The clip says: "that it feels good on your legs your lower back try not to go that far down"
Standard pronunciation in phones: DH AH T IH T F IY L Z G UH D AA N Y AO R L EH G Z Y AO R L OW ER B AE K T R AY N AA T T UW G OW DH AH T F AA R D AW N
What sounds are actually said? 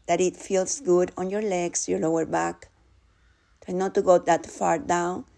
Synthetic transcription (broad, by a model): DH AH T IH T F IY L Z G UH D AA N Y AO R L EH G S Y AO R L OW ER B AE K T AY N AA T T UW G OW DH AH T F AA R D AW N